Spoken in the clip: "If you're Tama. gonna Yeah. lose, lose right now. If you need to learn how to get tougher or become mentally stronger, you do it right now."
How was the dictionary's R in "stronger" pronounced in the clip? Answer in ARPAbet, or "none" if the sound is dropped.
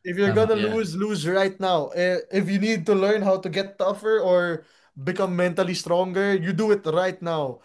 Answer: R